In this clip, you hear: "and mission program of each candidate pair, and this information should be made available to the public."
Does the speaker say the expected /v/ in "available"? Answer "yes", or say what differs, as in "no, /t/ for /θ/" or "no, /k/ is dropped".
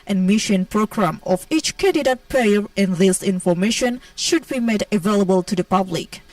yes